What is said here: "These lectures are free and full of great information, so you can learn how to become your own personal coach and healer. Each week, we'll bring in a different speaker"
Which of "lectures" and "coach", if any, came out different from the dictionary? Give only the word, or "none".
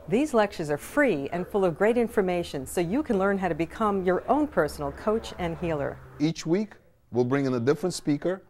none